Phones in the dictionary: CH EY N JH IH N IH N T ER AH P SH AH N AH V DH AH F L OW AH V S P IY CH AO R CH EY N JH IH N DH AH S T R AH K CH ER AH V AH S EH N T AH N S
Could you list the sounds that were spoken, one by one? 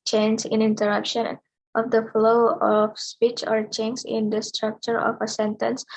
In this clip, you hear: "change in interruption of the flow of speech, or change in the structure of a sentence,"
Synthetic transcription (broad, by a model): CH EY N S IH N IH N T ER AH P SH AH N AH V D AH F L OW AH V S P IY CH AO R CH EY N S IH N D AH S T R AH K CH ER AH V AH S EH N T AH N S